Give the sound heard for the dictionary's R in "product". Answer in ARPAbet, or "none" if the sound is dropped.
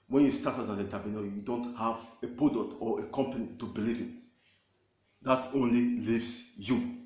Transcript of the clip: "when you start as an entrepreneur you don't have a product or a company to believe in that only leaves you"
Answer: none